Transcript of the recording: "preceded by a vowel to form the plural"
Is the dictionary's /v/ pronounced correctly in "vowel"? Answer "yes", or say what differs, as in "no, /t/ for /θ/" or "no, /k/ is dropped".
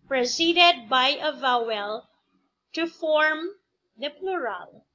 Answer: yes